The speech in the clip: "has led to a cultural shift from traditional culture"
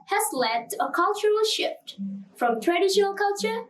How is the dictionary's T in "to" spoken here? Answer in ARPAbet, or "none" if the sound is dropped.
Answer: T